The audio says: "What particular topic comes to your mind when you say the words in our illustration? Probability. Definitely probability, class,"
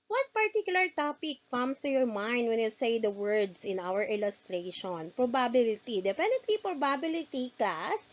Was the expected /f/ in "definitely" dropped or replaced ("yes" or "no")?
yes